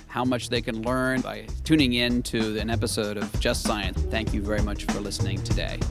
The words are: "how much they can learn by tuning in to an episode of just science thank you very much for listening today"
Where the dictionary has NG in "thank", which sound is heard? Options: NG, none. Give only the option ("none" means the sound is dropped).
NG